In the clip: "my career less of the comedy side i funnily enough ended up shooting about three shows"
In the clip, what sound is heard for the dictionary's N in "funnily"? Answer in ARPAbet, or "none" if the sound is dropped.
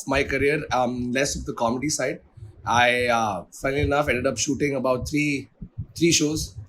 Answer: none